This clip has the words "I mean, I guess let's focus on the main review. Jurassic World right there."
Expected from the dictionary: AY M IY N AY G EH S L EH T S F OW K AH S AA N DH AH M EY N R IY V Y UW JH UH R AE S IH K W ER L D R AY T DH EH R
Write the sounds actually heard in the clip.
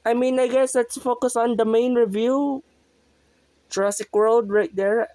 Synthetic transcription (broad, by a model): AY M IY N AY G EH S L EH T S F OW K AH S AA N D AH M EY N R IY V Y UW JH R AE S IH K W ER L D R AY T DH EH R